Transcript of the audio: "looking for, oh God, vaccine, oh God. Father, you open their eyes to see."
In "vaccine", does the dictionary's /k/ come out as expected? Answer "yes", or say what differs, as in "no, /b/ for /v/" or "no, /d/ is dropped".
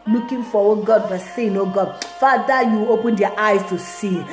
no, /k/ is dropped